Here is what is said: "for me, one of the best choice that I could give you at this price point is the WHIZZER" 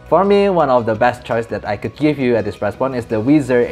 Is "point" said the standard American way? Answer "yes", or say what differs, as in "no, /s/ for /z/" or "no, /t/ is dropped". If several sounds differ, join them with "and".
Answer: no, /t/ is dropped